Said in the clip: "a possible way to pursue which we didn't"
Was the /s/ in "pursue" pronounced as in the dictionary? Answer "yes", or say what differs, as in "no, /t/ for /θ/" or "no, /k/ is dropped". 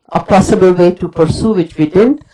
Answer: yes